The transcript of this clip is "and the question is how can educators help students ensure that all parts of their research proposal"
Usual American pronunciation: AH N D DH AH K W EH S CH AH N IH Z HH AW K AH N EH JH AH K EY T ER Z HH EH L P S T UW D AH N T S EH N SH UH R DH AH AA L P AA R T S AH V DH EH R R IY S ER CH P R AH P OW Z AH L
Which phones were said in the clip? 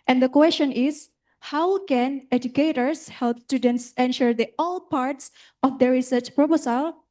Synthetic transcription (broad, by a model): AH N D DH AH K W EH S CH AH N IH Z HH AW K AH N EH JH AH K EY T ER S HH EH L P S T UW D AH N T S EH N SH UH R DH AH AA L P AA R T S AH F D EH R R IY S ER CH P R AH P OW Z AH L